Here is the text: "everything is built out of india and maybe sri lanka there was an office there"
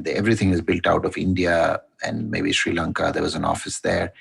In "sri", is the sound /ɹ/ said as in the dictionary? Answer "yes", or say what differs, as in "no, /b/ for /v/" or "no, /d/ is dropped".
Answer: yes